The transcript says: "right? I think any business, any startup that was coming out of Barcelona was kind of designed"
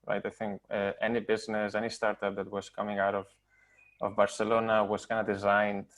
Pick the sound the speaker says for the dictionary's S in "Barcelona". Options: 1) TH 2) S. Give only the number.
2